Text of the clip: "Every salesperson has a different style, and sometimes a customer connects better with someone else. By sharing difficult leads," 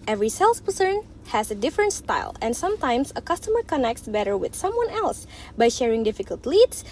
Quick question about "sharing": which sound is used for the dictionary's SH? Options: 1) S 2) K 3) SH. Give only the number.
3